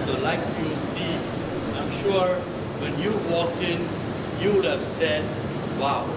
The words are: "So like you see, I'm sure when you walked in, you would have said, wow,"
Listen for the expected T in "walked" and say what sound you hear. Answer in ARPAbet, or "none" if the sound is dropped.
none